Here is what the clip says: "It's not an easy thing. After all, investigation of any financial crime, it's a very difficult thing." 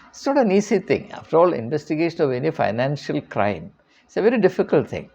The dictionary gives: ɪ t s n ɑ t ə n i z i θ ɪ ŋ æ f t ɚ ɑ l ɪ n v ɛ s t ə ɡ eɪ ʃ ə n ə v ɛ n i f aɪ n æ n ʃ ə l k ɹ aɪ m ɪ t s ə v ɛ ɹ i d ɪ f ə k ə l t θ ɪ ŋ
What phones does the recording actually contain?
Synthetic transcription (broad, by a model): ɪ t s n ɑ t ə n i s i t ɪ ŋ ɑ f t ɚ ɑ l ɪ n v ɛ s t ə ɡ eɪ ʃ ə n ə v ɛ n i f aɪ n æ n ʃ ə l k ɹ aɪ m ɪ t s ə v ɛ ɹ i d ɪ f ə k ə l t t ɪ ŋ